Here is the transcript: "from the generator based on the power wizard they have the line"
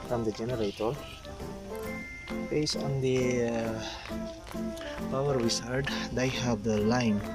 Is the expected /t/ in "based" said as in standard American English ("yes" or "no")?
no